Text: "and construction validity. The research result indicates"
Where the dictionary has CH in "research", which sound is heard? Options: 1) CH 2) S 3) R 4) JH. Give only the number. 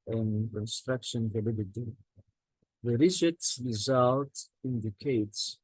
2